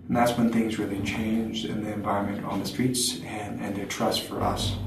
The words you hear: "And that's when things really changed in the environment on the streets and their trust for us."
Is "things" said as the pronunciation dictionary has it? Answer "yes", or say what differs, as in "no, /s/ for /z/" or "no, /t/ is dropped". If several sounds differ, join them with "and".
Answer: yes